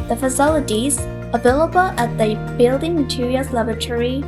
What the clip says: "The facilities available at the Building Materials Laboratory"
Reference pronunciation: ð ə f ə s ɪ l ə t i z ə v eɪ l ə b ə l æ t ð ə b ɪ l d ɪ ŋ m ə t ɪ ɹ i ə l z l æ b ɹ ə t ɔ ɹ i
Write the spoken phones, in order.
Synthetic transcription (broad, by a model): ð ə f ə s ɪ l ə t i z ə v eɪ l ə b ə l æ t ð ə b ɪ l d ɪ ŋ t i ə z l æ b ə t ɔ ɹ i